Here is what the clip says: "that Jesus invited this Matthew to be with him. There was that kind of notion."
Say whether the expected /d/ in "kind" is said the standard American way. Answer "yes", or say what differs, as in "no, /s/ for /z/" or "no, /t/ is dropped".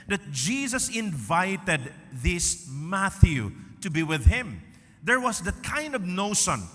yes